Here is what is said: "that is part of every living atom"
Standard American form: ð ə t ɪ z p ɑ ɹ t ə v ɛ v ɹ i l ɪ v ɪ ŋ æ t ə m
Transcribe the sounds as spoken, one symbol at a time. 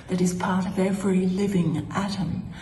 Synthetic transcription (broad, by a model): ð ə t ɪ z p ɑ ɹ t ə v ɛ v ɹ i l ɪ v ɪ ŋ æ t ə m